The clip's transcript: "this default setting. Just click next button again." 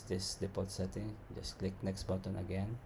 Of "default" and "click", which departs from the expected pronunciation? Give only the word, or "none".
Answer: default